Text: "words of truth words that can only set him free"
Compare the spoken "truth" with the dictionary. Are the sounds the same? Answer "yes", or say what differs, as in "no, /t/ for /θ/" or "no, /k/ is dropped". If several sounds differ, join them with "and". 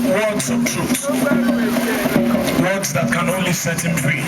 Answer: no, /s/ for /θ/